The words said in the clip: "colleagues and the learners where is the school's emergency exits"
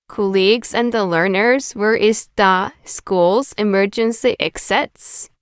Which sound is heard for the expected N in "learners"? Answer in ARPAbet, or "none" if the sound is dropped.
N